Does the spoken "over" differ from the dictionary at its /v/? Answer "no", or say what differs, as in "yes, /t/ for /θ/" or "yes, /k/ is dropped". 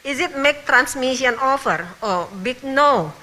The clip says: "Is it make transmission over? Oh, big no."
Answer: yes, /f/ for /v/